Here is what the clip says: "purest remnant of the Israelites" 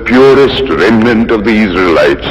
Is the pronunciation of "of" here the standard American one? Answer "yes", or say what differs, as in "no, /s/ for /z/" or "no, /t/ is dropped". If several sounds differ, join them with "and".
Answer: yes